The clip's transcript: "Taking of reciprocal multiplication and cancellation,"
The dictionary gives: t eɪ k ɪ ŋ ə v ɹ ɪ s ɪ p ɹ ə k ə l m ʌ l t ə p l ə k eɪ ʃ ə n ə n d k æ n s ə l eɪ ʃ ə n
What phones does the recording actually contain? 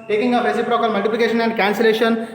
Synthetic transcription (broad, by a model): t eɪ k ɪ ŋ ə p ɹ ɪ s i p ɹ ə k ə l m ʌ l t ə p ə k eɪ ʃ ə n ə n d k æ n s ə l eɪ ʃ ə n